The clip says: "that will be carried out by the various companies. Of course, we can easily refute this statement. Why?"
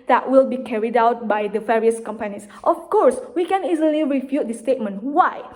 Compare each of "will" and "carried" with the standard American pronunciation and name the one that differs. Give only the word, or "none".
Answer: none